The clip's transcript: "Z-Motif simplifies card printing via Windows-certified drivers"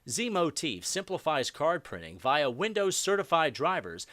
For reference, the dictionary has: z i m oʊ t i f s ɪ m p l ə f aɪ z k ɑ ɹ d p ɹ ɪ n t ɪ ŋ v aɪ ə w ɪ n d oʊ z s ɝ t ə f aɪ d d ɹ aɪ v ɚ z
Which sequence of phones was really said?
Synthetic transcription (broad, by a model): z i m oʊ t i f s ɪ m p l ə f aɪ z k ɑ ɹ d p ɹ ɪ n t ɪ ŋ v aɪ ə w ɪ n d oʊ z s ɝ t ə f aɪ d d ɹ aɪ v ɚ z